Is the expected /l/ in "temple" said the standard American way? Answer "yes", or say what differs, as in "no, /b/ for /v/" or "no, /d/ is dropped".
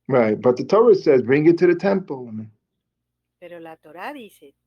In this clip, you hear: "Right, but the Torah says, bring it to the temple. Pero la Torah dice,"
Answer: no, /n/ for /l/